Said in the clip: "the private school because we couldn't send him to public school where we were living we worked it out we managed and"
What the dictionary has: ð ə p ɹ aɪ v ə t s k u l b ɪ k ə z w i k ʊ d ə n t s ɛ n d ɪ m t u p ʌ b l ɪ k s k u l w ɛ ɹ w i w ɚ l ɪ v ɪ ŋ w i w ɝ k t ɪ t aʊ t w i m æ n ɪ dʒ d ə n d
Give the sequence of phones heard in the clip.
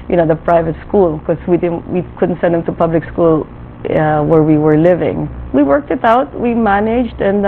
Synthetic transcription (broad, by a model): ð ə p ɹ aɪ v ə t s k u l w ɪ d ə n w i k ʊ d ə n t s ɛ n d ɪ m t u p ʌ b l ɪ k s k u l w ɛ ɹ w i w ɚ l ɪ v ɪ ŋ w i w ɝ k t ɪ t aʊ t w i m æ n ɪ dʒ d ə n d